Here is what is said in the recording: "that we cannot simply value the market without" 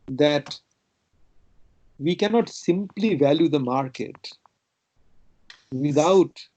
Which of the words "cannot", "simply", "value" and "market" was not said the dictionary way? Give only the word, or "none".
none